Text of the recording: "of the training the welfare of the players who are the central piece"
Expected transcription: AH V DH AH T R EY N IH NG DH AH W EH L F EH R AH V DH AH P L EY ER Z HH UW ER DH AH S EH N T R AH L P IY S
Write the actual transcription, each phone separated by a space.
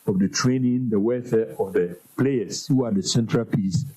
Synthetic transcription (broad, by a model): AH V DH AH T R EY N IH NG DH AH W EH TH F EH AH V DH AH P L EY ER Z HH UW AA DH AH S EH N T R AH L P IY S